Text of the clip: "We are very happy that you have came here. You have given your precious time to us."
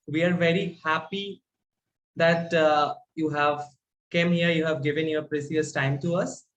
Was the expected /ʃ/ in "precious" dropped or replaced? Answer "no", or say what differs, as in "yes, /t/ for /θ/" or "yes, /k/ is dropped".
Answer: yes, /s/ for /ʃ/